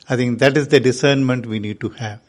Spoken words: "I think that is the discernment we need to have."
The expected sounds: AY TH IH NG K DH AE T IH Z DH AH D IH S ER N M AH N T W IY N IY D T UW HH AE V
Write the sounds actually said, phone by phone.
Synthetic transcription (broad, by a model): AY T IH NG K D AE T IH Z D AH D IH S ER N M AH N T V IY N IY D T UW HH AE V